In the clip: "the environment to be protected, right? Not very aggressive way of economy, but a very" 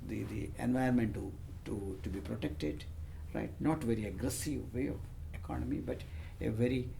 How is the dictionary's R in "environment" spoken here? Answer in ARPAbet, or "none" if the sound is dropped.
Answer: none